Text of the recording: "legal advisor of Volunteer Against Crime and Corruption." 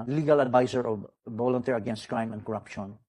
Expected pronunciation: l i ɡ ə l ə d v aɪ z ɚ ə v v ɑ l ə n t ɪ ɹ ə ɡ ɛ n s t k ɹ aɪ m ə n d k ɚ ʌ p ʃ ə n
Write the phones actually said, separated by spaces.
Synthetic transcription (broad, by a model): l i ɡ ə l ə d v aɪ s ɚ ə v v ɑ l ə n t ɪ ɹ ə ɡ ɛ n s t k ɹ aɪ m ə n d k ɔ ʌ p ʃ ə n